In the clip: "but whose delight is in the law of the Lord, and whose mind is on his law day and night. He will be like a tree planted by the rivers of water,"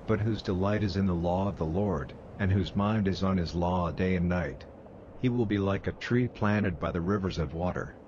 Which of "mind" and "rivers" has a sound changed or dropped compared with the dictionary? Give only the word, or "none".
none